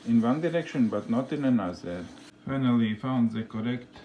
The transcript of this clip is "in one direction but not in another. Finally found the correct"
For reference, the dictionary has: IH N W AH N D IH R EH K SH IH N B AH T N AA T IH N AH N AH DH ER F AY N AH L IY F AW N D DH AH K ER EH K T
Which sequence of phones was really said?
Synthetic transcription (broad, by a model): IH N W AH N D IH R EH K SH IH N B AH T N AA T IH N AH N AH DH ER F AY N AH L IY F AW N D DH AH K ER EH K T